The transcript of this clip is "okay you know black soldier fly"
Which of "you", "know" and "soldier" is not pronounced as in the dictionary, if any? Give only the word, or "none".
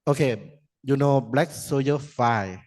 soldier